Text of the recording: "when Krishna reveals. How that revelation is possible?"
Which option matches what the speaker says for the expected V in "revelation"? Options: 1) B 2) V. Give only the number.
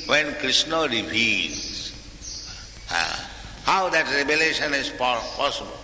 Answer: 1